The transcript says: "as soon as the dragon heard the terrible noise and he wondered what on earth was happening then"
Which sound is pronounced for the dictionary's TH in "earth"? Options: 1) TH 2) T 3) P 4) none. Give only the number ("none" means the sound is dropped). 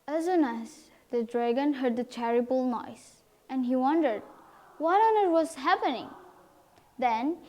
2